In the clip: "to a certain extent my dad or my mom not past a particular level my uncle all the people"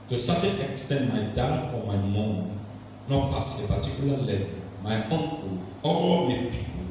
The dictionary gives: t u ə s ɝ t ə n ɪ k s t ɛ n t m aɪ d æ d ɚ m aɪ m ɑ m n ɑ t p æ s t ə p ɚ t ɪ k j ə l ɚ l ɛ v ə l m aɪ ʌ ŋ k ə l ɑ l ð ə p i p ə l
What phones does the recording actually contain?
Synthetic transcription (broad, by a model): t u s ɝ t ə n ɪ k s t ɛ n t m aɪ d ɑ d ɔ m aɪ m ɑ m n ɑ t p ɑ s ə p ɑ t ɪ k j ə l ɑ l ɛ v ə l m aɪ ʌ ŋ k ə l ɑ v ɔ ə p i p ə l